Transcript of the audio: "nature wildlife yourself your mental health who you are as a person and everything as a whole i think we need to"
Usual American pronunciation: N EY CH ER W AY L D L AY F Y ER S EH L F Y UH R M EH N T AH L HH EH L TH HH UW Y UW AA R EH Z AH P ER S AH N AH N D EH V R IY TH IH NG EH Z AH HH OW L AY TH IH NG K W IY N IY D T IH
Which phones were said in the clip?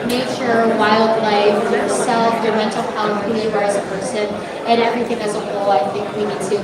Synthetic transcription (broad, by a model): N EY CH ER W AY L D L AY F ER S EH L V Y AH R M EH N T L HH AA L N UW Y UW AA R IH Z AH P ER S AH N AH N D EH V R IY TH IH NG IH Z AH HH OW L AY TH IH NG K W IY N IY D T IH